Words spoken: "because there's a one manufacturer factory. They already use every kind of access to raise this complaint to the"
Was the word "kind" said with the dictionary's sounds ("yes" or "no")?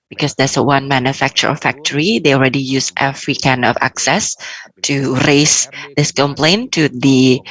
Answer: no